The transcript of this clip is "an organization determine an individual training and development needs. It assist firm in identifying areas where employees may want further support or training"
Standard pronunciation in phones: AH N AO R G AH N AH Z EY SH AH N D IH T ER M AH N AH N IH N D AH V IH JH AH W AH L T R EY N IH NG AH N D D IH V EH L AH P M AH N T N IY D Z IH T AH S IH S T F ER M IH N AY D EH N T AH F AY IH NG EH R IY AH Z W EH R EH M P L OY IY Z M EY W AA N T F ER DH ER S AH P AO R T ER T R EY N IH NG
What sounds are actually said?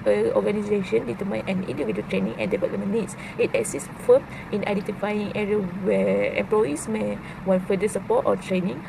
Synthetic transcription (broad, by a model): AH AO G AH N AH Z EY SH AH N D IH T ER M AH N AH N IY N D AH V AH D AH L T R EY N IH NG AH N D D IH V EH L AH M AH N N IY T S IH T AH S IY S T F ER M IH N AY D EH N T AH F AY IH NG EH R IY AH W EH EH M P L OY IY S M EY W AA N F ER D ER S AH P AO T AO T R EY N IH NG